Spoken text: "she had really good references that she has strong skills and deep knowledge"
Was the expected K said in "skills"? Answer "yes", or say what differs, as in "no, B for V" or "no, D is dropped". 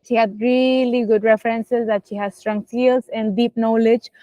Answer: no, K is dropped